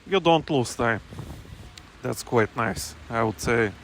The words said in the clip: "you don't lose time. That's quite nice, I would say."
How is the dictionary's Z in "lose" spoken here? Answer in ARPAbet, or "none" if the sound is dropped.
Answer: S